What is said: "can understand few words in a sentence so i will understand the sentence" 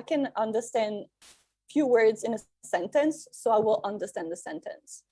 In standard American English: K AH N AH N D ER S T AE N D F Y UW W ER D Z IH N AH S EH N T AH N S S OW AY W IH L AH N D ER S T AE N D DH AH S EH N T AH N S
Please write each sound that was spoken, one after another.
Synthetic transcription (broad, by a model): K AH N AH N D ER S T AE N D F Y UW W ER D Z IH N AH S EH N T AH N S S OW AY W IH L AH N D ER S T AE N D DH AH S EH N T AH N S